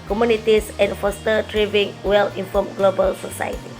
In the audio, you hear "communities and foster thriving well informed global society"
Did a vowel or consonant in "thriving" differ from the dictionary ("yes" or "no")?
yes